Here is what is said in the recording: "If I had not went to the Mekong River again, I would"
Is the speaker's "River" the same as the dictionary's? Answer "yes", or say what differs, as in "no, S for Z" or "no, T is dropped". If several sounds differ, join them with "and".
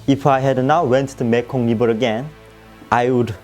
no, B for V